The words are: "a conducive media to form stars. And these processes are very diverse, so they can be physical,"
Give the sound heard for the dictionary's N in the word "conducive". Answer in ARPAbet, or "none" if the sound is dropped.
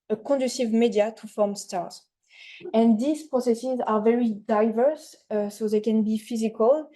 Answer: none